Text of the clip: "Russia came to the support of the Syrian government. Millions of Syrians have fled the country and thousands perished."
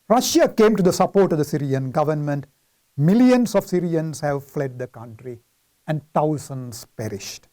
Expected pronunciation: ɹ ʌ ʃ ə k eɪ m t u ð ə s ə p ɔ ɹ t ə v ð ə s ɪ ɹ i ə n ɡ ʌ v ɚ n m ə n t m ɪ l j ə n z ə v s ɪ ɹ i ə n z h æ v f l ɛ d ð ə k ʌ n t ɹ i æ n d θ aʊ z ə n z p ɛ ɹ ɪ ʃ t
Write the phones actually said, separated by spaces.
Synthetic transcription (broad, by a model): ɹ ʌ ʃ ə k eɪ m t u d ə s ə p ɔ ɹ t ə v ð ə s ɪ ɹ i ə n ɡ ʌ v ɚ n m ə n t m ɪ l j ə n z ə v s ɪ ɹ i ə n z h æ v f l ɛ d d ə k ʌ n t ɹ i æ n d t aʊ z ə n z p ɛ ɹ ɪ ʃ t